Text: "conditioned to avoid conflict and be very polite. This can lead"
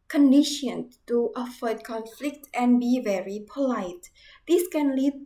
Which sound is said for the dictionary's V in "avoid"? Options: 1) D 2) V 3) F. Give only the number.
3